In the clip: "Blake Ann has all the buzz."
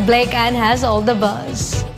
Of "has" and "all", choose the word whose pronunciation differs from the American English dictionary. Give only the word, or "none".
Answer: none